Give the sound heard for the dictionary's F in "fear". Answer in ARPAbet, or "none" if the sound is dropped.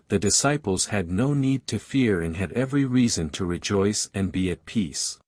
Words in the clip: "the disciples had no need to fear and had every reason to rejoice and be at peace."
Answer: F